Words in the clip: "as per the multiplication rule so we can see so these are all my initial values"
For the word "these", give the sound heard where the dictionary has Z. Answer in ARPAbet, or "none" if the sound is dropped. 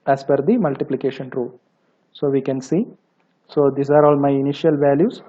S